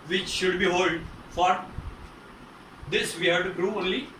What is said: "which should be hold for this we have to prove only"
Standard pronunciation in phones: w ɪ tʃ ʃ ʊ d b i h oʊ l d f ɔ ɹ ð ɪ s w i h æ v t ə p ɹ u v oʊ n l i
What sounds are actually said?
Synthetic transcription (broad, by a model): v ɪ tʃ ʃ ʊ d b i h oʊ l d f ɔ ɹ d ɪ s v i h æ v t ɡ ɹ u oʊ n l i